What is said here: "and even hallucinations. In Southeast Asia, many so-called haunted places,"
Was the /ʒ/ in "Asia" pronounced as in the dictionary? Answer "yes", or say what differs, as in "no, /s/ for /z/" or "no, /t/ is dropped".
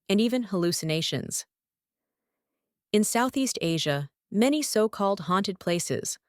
yes